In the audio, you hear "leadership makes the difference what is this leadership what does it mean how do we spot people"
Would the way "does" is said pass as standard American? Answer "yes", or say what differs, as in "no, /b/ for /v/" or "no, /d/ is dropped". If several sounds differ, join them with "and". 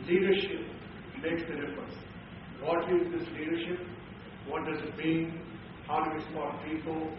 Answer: yes